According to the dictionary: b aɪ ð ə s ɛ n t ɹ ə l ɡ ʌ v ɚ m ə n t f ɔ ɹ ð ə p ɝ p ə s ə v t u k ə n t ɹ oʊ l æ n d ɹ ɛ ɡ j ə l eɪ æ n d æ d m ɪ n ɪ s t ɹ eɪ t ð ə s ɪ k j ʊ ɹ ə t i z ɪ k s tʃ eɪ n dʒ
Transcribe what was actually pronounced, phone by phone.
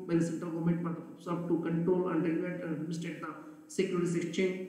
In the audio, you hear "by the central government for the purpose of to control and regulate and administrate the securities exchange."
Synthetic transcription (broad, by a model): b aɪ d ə s ɛ n t ɹ ə l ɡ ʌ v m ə n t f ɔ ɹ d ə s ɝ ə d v t u k ə n t ɹ oʊ l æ n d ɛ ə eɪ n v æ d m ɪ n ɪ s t eɪ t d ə s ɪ k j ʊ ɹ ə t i s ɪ k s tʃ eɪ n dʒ